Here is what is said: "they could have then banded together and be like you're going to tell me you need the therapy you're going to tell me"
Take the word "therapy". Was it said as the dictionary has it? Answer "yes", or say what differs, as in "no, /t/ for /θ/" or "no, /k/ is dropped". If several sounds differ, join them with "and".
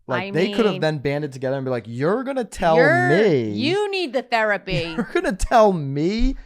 yes